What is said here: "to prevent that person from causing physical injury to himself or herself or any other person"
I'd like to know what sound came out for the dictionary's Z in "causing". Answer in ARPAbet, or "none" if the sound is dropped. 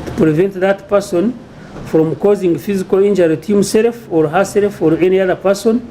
Z